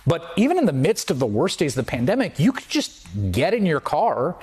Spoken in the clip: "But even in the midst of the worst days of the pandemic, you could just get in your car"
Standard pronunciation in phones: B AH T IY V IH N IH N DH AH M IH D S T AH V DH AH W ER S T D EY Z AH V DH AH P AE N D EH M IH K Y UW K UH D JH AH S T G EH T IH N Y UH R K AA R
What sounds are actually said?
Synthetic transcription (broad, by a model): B AH T IY V IH N IH N DH AH M IH D S T AH V DH AH W ER S D EY Z AH V DH AH P AE N D EH M IH K Y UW K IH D JH AH S T G EH T IH N Y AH R K AA R